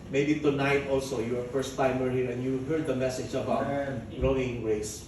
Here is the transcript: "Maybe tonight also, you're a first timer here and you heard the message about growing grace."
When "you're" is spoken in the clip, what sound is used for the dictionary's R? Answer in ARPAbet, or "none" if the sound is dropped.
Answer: W